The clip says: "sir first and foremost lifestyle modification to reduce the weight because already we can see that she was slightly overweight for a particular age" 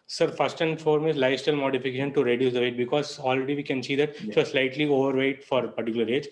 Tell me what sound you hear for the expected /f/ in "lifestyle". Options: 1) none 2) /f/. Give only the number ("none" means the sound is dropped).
1